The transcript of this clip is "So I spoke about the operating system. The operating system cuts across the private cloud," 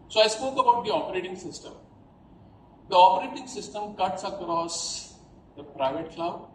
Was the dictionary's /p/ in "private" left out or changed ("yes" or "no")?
no